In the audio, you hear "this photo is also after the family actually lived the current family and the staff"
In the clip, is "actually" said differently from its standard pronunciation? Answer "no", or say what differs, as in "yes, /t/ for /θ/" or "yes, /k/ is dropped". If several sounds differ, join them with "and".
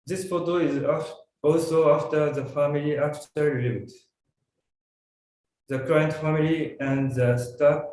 yes, /l/ is dropped